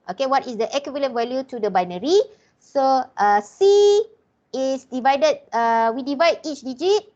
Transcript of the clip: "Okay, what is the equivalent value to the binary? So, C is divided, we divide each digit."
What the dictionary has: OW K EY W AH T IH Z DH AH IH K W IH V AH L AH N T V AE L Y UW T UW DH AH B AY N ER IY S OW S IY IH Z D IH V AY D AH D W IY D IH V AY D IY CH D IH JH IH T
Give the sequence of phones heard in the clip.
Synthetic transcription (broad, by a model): OW K EY W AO T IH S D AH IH K W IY V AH L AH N V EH L Y UW T UW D AH B AY N ER IY S OW S IY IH S D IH V AY D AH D W IY D IH V AY D IY CH D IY JH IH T